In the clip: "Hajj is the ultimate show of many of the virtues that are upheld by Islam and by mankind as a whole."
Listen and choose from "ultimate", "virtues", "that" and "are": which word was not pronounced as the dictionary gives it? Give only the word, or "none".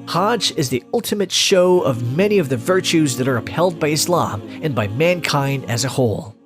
none